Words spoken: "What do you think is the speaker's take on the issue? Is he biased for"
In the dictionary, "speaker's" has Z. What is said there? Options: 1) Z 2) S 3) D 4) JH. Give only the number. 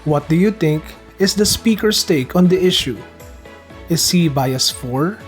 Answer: 2